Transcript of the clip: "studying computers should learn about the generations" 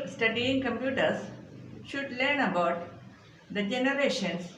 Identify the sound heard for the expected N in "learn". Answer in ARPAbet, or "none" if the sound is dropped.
N